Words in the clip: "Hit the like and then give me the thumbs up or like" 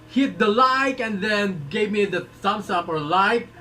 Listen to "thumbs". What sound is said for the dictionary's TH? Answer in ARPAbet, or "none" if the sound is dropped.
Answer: S